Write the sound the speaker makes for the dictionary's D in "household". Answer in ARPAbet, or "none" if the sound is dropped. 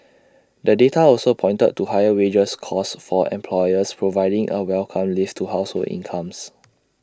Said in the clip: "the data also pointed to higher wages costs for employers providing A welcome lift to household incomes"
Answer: none